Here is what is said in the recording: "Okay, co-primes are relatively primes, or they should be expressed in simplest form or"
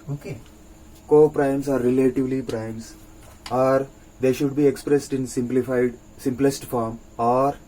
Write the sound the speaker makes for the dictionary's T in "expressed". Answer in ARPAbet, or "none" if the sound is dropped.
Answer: T